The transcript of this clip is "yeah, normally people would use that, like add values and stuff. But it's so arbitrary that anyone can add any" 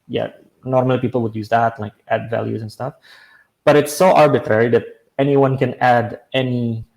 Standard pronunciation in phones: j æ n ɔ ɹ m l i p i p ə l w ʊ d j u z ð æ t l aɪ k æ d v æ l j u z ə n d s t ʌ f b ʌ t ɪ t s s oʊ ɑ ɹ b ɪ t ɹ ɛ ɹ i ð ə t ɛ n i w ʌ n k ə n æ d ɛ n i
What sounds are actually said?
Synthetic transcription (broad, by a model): j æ n ɔ ɹ m l i p i p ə l w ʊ d j u z ð æ t l aɪ k æ d v æ l j u z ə n s t ʌ f b ʌ t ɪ t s s oʊ ɑ ɹ b ɪ t ɹ ɛ ɹ i ð ə t ɛ n i w ʌ n k ə n æ d ɛ n i